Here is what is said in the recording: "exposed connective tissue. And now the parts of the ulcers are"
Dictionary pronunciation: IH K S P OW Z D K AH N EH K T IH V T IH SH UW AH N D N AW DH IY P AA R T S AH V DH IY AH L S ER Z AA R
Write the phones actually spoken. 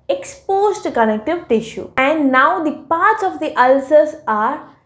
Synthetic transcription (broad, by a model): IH K S P OW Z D K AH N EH K T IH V T IH SH UW AH N D N AW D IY P AA R T S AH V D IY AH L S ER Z AA R